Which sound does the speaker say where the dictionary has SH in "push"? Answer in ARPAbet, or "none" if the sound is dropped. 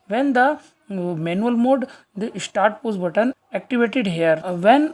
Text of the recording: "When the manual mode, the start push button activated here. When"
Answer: S